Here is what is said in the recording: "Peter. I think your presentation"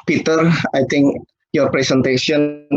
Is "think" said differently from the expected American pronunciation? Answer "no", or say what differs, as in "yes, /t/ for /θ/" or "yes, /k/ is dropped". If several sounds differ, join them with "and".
yes, /t/ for /θ/